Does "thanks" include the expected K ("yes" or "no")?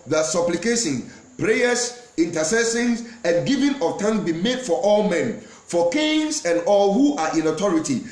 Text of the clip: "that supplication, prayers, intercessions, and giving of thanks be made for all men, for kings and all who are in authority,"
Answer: no